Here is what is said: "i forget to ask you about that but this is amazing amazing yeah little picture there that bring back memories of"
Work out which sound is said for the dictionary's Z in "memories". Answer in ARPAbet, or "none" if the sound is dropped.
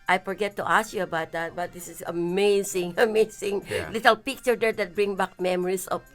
S